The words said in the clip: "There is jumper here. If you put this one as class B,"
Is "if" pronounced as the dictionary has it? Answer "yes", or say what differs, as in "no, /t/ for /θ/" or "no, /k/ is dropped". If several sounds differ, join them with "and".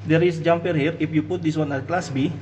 no, /p/ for /f/